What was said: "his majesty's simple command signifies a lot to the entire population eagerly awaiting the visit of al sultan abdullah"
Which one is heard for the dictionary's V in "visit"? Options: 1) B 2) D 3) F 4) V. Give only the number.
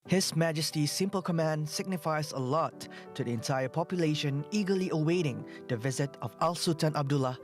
4